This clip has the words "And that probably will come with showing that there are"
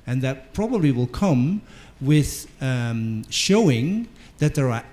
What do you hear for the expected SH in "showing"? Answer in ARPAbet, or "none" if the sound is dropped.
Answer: SH